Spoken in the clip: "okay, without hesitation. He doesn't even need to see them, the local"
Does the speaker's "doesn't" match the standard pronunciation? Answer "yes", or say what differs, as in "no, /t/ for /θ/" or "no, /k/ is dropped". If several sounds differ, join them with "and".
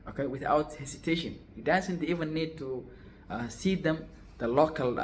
no, /s/ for /z/